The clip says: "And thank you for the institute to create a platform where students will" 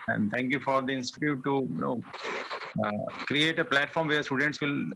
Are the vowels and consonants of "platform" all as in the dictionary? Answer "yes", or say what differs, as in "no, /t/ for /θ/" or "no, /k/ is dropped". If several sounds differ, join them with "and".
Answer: yes